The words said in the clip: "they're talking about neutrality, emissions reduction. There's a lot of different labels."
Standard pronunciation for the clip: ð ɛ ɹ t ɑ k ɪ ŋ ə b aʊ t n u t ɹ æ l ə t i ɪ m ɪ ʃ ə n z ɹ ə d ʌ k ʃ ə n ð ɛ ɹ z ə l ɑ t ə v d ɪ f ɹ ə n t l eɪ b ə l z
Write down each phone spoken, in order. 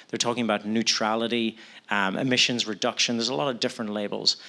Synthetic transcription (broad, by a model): ð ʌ ɹ t ɑ k ɪ ŋ ə b aʊ t n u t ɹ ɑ l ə t i ɪ m ɪ ʃ ə n z ɹ ə d ʌ k ʃ ə n ð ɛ ɹ z ə l ɑ t ə v d ɪ f ɹ ə n t l eɪ b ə l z